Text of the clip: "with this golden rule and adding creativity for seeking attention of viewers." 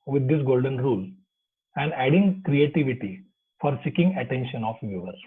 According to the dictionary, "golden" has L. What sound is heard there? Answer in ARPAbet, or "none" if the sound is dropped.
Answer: L